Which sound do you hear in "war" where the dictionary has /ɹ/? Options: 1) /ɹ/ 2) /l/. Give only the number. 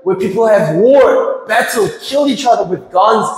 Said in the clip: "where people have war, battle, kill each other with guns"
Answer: 1